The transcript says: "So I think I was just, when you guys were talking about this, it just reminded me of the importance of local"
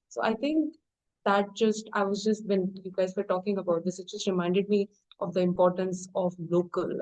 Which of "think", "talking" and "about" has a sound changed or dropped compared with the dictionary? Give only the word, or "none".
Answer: think